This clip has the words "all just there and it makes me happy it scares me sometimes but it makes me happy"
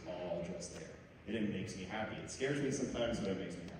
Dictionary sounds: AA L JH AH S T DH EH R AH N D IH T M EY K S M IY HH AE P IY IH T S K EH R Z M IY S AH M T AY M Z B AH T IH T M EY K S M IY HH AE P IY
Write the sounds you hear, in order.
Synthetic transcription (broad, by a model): AA L JH AH S T DH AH R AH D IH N M EY K S M IY HH AE P IY IH T S K EH R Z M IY S AH M T AY M Z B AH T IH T M EY K S M IY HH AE